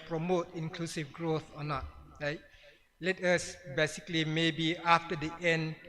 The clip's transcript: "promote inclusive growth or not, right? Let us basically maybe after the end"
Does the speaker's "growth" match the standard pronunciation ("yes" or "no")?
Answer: yes